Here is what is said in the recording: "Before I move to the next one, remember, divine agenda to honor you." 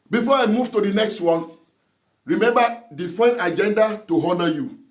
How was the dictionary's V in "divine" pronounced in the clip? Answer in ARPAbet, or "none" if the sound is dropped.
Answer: F